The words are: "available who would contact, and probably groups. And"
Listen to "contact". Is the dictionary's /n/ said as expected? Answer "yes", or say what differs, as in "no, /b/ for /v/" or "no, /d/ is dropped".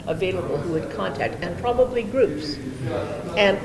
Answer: yes